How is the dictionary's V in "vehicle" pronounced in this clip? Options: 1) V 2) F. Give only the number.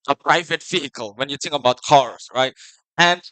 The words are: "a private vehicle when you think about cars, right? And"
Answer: 2